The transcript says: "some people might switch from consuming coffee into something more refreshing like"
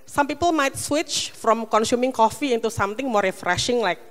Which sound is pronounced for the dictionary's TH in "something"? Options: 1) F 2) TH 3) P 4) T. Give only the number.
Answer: 4